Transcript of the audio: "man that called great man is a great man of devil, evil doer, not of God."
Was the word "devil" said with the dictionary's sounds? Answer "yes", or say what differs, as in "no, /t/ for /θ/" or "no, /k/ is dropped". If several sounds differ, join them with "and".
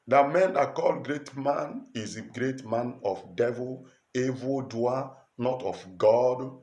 yes